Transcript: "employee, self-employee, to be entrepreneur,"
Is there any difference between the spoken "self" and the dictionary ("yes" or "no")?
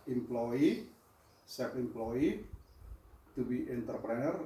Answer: yes